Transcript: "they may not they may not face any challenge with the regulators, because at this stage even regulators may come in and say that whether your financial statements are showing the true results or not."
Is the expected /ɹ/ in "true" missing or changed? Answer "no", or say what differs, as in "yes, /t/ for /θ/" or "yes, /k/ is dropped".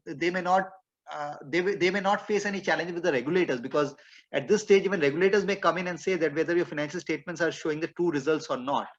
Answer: yes, /ɹ/ is dropped